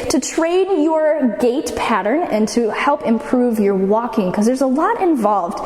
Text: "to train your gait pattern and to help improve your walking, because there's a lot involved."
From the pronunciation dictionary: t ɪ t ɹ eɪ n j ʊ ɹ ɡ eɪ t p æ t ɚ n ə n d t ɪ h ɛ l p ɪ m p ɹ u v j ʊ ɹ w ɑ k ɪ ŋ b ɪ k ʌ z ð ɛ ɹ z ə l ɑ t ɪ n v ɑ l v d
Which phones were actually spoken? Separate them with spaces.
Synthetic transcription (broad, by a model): t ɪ t ɹ eɪ n j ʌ ɹ ɡ eɪ t p æ t ɚ n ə n t ɪ h ɛ l p ɪ m p ɹ u v j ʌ ɹ w ɑ k ɪ ŋ k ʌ z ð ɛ ɹ z ə l ɑ t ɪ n v ɑ l v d